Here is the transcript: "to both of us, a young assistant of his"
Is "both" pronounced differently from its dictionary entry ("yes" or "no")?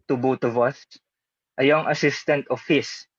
yes